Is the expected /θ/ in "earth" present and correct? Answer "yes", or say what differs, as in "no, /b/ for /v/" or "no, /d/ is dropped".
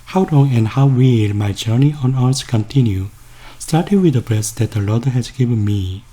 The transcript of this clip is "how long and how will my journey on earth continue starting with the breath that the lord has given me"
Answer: no, /s/ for /θ/